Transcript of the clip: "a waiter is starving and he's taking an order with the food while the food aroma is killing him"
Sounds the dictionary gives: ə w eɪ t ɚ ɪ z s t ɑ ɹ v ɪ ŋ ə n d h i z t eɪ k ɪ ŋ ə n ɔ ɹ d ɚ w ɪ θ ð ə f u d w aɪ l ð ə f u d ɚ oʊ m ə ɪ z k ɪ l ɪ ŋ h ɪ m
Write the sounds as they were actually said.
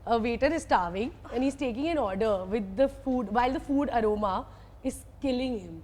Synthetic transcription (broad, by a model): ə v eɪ t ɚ ɪ z s t ɑ ɹ v ɪ ŋ ə n d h i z t eɪ k ɪ ŋ ə n ɔ ɹ d ɚ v ɪ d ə f u d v aɪ l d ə f u d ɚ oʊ m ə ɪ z k ɪ l ɪ ŋ h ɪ m